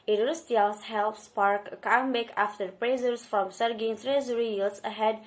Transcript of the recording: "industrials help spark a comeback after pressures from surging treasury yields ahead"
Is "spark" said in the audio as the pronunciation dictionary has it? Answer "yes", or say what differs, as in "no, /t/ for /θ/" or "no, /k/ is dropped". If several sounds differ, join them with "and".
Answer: yes